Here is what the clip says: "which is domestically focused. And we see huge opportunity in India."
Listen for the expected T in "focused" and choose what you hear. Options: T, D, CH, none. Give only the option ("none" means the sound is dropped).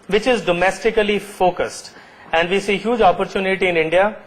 T